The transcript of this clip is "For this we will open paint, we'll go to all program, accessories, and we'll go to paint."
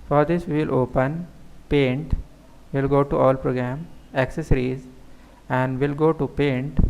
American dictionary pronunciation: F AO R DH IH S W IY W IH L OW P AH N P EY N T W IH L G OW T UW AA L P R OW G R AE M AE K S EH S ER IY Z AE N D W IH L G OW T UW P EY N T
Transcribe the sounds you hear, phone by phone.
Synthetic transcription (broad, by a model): F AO R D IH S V IY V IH L OW P AH N P EY N T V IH L G OW T UW AA L P R OW G R AE M AE K S EH S ER IY Z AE N D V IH L G OW T UW P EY N T